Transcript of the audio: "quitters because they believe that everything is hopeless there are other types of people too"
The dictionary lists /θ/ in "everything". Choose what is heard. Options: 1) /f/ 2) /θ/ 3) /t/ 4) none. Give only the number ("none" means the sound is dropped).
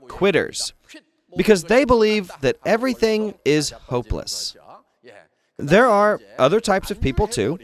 2